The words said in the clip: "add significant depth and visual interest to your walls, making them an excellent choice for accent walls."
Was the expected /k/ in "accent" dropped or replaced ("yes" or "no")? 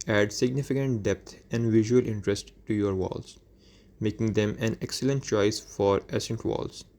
yes